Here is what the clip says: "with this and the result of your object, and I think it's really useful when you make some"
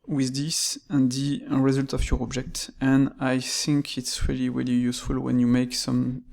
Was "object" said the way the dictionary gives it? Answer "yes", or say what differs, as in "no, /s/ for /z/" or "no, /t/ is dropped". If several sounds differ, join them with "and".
yes